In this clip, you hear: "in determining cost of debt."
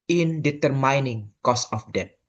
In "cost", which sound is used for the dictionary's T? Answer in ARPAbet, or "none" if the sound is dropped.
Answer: none